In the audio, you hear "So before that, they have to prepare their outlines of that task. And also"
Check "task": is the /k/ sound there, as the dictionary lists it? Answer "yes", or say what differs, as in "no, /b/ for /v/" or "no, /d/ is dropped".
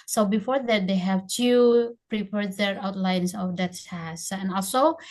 no, /k/ is dropped